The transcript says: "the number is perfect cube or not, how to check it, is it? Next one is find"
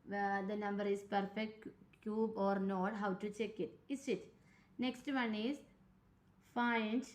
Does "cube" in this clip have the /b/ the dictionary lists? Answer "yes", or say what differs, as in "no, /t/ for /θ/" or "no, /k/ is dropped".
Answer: yes